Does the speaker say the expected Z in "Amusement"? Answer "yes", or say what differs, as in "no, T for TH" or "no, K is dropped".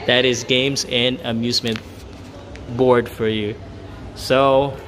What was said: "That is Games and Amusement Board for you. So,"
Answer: yes